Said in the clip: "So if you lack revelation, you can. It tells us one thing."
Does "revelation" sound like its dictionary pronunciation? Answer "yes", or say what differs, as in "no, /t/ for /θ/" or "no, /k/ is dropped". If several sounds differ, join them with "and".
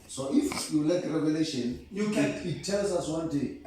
yes